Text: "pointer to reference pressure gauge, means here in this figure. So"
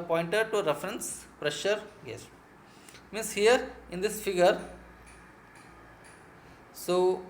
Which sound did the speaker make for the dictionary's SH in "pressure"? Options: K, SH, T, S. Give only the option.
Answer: SH